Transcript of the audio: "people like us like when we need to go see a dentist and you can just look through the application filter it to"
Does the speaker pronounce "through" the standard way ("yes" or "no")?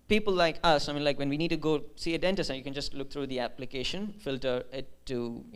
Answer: no